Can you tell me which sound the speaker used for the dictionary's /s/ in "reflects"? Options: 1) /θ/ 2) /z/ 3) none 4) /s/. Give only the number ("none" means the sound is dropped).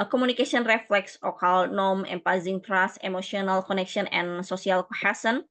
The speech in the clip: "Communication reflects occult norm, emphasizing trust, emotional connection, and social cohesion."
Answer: 4